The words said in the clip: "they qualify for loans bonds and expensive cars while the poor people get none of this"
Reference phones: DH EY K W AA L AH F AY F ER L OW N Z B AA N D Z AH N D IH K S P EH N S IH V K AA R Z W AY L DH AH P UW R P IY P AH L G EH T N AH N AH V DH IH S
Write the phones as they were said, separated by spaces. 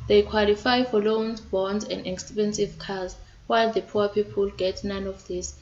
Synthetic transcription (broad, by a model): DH EY K W AA L AH F AY F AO L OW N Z B AA N D Z AH N D IH K S P EH N S IH V K AA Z W AY L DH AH P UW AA P IY P AH L G EH T N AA N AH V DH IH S